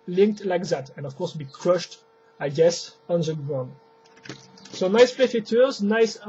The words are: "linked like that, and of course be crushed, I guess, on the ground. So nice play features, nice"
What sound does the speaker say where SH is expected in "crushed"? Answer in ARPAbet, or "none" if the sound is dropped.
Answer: SH